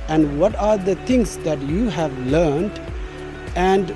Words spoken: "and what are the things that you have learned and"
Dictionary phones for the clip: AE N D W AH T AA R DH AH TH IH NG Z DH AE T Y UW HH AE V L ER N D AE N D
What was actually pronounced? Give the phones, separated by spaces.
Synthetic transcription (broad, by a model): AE N D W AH T AA R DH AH T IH NG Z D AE T Y UW HH AE V L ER N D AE N D